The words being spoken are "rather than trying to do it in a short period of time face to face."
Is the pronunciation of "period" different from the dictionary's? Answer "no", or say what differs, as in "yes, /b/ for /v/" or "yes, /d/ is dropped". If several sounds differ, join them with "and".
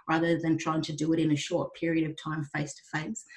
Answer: no